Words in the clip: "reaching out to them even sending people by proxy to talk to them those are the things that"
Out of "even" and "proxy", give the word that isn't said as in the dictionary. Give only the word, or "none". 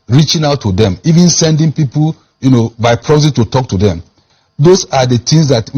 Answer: proxy